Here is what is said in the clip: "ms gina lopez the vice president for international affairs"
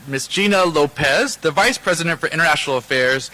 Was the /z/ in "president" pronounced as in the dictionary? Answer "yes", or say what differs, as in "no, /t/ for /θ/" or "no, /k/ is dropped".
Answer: yes